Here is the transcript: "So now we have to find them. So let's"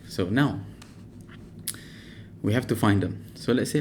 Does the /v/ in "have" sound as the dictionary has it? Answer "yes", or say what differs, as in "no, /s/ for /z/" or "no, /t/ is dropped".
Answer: no, /f/ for /v/